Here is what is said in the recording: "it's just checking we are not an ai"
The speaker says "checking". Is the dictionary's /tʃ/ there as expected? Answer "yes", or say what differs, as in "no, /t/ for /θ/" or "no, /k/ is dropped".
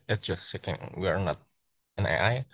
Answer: no, /s/ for /tʃ/